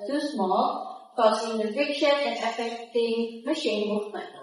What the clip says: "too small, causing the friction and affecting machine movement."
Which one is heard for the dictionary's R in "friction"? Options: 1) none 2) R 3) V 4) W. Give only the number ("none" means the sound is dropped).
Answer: 1